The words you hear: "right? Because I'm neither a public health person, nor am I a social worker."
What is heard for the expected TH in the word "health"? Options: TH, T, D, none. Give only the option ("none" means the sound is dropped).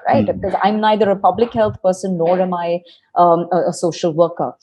T